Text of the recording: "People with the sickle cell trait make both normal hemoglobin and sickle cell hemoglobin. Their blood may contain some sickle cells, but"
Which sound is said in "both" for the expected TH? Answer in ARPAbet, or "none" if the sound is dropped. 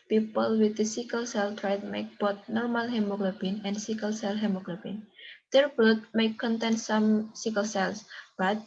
T